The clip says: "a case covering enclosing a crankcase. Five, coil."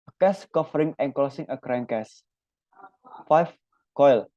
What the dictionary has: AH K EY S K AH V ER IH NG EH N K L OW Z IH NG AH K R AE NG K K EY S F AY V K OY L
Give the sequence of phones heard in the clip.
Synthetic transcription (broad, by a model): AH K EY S K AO F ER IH NG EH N K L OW S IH NG AH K R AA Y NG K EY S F AY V K OY L